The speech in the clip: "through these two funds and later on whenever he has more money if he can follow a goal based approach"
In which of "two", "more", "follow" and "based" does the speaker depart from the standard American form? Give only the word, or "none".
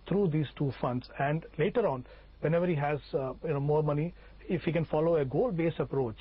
based